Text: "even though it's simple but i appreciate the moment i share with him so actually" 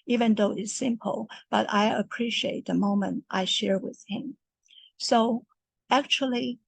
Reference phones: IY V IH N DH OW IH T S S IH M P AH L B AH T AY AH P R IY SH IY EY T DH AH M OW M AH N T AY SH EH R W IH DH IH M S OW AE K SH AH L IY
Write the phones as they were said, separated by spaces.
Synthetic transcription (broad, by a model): IY V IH N DH OW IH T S S IH M P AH L B AH T AY AH P R IY SH IY EY T DH AH M OW M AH N T AY SH EH R W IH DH IH M S OW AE K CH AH L IY